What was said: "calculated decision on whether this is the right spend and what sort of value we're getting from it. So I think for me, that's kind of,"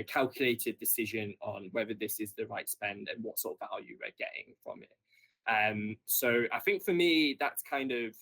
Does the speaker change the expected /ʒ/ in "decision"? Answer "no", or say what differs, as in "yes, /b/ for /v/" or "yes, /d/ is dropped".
no